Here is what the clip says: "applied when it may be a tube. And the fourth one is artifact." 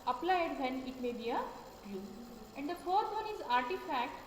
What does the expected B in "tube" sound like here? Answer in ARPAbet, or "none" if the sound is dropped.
none